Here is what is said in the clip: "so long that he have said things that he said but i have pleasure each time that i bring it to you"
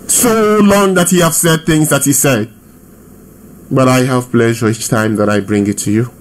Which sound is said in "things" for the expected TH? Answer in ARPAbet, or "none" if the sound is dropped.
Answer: TH